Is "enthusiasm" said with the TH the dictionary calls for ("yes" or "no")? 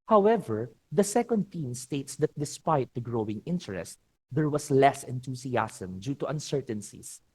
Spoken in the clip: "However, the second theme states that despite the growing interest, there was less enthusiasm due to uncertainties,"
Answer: no